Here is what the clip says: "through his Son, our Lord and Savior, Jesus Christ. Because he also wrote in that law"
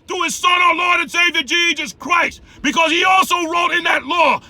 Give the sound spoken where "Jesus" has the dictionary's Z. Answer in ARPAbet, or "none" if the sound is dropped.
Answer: Z